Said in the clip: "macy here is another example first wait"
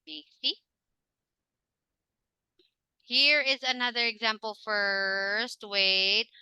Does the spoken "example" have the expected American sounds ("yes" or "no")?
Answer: yes